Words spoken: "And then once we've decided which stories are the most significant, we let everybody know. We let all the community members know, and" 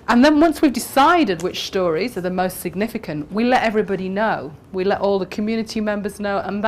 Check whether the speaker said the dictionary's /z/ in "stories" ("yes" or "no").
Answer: yes